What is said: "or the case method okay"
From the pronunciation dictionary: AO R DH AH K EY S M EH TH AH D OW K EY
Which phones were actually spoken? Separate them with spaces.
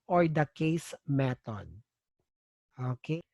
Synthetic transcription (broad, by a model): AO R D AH K EY S M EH T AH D OW K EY